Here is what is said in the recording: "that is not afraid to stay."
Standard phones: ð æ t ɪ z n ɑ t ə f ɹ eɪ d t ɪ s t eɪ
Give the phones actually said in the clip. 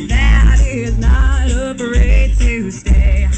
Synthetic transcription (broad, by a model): ð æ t ɪ z n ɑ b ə ɹ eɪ t ɪ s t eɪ